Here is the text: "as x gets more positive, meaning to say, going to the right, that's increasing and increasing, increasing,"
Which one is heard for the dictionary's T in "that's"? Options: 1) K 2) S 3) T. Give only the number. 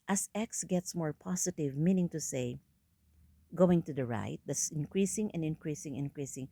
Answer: 2